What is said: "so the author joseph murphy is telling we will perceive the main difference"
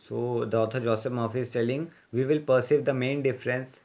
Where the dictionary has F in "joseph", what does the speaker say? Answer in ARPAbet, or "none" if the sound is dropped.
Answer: P